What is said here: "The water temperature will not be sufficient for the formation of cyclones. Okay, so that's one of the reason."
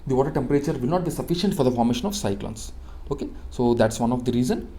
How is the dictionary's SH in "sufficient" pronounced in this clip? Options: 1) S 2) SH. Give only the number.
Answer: 2